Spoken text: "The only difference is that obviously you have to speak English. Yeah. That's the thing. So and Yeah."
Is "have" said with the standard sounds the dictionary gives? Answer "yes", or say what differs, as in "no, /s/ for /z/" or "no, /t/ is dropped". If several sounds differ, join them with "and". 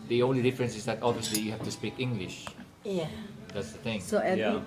no, /f/ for /v/